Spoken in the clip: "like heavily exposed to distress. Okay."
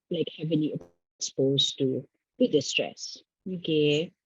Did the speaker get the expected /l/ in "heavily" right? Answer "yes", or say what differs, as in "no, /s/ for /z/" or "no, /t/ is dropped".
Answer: no, /n/ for /l/